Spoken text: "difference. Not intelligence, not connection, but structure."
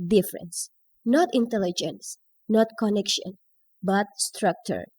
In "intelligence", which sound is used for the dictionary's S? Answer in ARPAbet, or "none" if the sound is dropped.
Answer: S